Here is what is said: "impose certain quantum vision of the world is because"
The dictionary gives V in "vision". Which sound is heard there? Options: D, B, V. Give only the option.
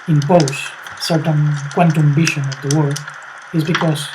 B